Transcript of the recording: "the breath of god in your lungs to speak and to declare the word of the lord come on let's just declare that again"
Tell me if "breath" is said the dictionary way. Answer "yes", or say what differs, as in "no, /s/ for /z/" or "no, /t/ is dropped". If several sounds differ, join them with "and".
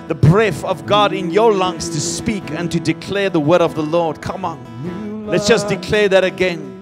yes